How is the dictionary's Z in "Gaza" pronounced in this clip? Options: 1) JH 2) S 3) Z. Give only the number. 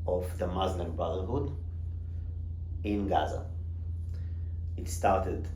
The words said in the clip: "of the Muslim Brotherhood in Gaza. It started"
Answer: 3